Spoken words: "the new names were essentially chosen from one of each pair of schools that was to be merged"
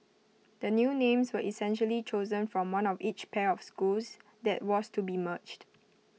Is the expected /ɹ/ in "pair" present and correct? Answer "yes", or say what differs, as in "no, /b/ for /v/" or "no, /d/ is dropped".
yes